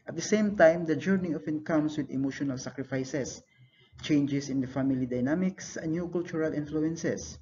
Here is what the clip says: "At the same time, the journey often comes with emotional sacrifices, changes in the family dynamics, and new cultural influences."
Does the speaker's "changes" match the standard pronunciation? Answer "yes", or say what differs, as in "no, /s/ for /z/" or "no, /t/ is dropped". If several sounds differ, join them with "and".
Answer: no, /s/ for /z/